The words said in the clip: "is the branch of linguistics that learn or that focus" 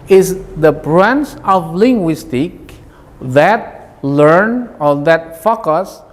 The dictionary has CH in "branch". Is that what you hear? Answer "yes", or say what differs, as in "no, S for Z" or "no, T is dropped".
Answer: no, S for CH